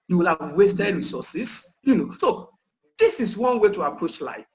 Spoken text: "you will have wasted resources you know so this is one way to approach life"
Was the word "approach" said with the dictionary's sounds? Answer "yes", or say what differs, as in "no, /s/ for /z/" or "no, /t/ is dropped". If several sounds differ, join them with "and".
yes